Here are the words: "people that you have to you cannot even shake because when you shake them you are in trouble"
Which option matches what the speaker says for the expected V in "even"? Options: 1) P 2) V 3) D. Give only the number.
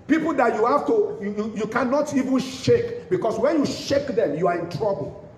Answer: 2